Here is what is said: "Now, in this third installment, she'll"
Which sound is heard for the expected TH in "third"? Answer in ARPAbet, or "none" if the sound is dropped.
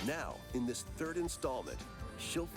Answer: TH